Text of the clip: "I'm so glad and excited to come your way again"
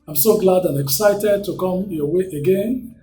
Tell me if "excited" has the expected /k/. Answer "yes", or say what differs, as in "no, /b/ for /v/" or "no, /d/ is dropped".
yes